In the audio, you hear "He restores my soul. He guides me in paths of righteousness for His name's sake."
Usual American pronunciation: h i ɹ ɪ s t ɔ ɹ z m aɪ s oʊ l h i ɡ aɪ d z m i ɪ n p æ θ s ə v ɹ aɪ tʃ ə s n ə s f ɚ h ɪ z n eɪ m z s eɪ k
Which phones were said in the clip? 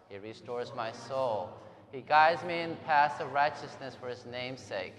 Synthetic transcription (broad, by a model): h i ɹ ɪ s t ɔ ɹ z m aɪ s oʊ l h i ɡ aɪ d z m i ɪ n p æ s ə ɹ aɪ tʃ ə s n ə s f ɚ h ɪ z n eɪ m s eɪ k